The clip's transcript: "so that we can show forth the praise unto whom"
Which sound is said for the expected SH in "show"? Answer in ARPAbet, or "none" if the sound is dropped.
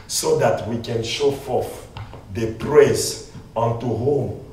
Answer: SH